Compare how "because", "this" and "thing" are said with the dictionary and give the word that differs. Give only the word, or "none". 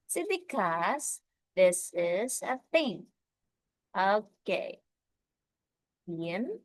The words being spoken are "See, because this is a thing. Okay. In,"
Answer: thing